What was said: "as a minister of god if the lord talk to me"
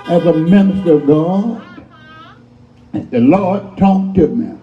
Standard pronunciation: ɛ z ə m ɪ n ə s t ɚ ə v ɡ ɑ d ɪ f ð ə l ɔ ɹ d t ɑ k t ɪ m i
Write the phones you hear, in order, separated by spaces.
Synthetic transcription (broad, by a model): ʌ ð ə m ɪ n ə s t ɚ ə v ɡ ɑ d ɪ ð ə l ɔ ɹ d t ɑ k t ɪ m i